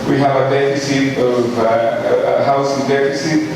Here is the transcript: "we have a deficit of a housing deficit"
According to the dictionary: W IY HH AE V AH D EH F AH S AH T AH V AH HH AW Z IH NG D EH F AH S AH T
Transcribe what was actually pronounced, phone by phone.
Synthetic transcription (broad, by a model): W IY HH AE V AH D EH F AH S AH T AH V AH HH AW S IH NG D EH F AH S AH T